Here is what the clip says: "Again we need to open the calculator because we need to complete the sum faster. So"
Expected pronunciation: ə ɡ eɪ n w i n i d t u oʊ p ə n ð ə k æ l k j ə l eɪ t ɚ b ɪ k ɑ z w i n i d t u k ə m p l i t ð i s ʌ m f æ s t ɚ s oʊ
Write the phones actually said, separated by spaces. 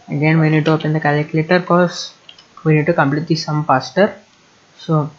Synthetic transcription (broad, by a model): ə ɡ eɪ n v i n i d t u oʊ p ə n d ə k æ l k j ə l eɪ t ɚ k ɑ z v i n i d t u k ə m p l i t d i s ʌ m p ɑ s t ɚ s oʊ